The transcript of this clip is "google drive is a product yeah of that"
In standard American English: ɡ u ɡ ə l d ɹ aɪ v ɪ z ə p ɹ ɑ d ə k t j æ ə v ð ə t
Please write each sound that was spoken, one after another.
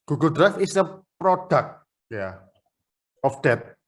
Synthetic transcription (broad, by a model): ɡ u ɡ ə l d ɹ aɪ f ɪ s ə p ɹ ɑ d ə k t j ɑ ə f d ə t